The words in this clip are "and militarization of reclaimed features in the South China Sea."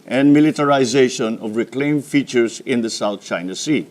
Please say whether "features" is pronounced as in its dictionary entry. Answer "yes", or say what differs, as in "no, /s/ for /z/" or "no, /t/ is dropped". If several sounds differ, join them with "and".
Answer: no, /s/ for /z/